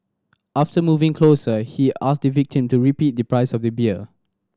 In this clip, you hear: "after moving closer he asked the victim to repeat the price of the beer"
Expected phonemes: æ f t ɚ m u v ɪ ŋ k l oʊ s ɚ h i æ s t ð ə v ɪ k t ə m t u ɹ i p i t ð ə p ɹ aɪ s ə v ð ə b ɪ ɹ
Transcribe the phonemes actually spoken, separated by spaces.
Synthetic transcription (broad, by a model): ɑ f t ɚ m u v ɪ ŋ k l oʊ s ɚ h i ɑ s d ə v ɪ k t ə m t u ɹ i p i t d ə p ɹ aɪ s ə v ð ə b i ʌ